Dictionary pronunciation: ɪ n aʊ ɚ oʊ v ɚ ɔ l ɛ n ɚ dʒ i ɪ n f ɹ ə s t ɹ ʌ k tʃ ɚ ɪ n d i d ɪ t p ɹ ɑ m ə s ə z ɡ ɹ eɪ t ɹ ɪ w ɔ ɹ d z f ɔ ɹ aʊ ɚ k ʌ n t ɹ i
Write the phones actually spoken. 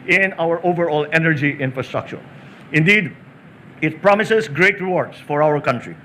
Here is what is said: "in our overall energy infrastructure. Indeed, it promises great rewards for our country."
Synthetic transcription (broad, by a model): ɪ n aʊ ɚ oʊ v ɚ ɔ l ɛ n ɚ dʒ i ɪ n f ɹ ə s t ɹ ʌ k tʃ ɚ ɪ n d i d ɪ t p ɹ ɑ m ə s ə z ɡ ɹ eɪ t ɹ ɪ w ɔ ɹ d s f ɔ ɹ aʊ ɚ k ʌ n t ɹ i